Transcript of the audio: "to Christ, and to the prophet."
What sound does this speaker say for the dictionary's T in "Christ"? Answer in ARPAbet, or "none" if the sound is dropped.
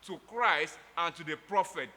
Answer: T